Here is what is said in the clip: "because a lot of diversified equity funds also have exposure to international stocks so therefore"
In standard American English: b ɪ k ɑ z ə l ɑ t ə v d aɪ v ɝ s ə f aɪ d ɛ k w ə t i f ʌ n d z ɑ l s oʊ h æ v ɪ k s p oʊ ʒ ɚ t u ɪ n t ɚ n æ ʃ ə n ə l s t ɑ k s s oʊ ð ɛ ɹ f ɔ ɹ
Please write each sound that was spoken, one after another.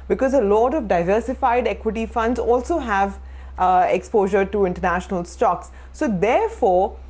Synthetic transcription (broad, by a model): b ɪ k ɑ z ə l ɑ t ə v d aɪ v ɝ s ə f aɪ d ɛ k w ə t i f ʌ n d z ɑ l s oʊ h æ v ɪ k s p oʊ ʒ ɚ t u ɪ n t ɚ n æ ʃ ə n ə l s t ɑ k s s oʊ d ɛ ɹ f ɔ ɹ